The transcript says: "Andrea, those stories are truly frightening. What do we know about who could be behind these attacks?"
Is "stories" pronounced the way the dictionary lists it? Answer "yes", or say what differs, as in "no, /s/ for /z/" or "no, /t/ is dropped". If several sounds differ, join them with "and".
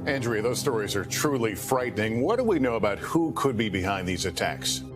yes